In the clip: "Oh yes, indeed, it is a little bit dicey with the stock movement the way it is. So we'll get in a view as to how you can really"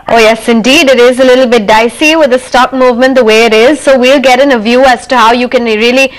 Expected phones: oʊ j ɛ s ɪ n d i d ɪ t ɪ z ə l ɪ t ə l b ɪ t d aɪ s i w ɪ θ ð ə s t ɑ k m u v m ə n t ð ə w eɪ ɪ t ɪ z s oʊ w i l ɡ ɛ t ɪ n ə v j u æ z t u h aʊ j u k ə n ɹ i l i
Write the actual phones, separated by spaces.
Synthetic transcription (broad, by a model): oʊ j ɛ s ɪ n d i d ɪ t ɪ z ə l ɪ t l b ɪ t d aɪ s i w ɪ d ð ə s t ɑ k m u v m ə n t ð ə w eɪ ɪ t ɪ z s oʊ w i l ɡ ɛ t ɪ n ə v j u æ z t u h aʊ j u k ə n ɹ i l i